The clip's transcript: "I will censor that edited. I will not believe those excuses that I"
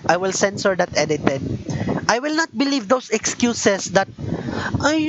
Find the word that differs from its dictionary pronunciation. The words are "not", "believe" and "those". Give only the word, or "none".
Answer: those